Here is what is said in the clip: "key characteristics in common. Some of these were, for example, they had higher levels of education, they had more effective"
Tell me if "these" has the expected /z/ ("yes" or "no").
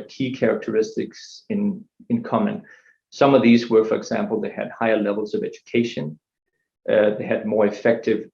yes